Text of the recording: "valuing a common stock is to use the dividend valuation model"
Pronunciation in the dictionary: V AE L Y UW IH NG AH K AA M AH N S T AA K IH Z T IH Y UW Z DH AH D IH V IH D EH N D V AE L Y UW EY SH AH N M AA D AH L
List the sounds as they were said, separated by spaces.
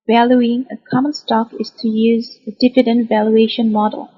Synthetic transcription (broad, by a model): V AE L Y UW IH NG AH K AA M AH N S T AA K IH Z T IH Y UW Z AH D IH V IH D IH N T V AE L Y UW EY SH AH N M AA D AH L